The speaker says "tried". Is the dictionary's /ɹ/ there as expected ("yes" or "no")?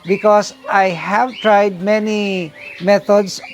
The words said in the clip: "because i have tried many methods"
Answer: yes